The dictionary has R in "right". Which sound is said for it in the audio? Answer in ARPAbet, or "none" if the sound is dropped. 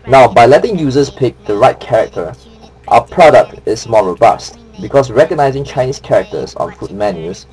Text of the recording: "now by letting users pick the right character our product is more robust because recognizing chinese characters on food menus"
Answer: R